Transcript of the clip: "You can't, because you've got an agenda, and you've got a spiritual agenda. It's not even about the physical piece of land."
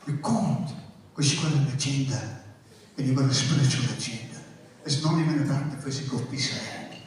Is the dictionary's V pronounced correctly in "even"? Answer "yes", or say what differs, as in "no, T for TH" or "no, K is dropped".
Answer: yes